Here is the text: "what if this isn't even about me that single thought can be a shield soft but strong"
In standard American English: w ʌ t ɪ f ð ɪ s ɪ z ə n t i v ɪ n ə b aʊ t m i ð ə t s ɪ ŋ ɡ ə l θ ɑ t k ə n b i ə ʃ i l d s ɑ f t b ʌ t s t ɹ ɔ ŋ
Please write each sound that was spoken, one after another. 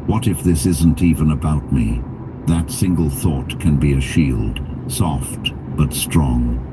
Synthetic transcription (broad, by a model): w ʌ t ɪ f ð ɪ s ɪ z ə n t i v ɪ n ə b aʊ t m i ð ə t s ɪ ŋ ɡ ə l θ ɑ t k ə n b i ə ʃ i l d s ɑ f t b ʌ t s t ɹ ɔ ŋ